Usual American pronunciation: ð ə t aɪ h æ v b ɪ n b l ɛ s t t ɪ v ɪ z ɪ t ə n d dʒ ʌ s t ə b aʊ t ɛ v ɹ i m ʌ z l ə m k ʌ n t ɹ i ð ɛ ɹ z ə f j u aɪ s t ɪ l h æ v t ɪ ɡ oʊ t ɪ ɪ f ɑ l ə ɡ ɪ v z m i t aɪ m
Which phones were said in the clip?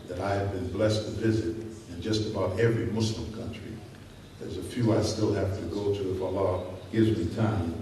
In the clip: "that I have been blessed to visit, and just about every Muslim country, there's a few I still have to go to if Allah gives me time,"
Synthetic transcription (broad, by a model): ð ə t aɪ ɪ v b ɪ n b l ɛ s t t ɪ v ɪ z ɪ t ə n dʒ ʌ s t ə b aʊ t ɛ v ɹ i m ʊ s l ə m k ʌ n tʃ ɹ i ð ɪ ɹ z ə f j u aɪ s t ɪ l h æ f t ɪ ɡ oʊ t ɪ ɪ f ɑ l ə ɡ ɪ v z m i t aɪ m